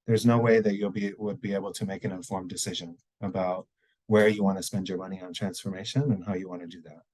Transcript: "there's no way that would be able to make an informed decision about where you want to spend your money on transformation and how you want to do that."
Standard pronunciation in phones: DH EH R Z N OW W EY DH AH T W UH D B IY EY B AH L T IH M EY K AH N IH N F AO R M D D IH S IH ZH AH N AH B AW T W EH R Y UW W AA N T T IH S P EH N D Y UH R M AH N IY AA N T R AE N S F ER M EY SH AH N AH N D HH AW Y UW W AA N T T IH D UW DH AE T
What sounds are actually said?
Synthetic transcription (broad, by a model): DH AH R Z N OW W EY DH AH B W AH D B IY EY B L T IH M EY K AH N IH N F AO R M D D IH S IH ZH AH N AH B AW T W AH R Y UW W AA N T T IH S P EH N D Y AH R M AH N IY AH N T R AE N S F ER M EY SH AH N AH N HH AW Y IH W AA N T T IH D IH DH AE T